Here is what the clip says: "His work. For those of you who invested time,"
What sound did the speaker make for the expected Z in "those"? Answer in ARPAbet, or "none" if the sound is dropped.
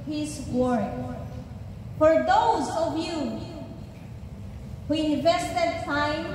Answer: Z